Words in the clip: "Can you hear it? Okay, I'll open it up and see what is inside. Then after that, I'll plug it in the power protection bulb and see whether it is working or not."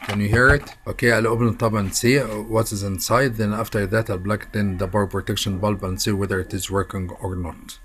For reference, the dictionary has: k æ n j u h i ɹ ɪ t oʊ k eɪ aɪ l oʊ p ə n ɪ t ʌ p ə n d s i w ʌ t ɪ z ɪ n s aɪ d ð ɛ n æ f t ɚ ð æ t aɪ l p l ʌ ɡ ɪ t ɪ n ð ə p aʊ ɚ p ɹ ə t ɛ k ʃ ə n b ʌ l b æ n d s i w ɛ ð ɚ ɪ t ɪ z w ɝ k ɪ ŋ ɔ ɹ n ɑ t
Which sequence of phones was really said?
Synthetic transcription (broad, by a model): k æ n j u h i ɹ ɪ t oʊ k eɪ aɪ l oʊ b n t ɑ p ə n s i w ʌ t ɪ z ɪ n s aɪ d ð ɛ n æ f t ɚ ð æ t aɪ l b l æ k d ɪ n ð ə b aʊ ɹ p ɹ ə t ɛ k ʃ ə n b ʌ l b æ n s i w ɛ ð ɚ ɪ t ɪ z w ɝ k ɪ ŋ ɔ ɹ n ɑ t